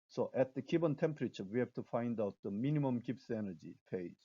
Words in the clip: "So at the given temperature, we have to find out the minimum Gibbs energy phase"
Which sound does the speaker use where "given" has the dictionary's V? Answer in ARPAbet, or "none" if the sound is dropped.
B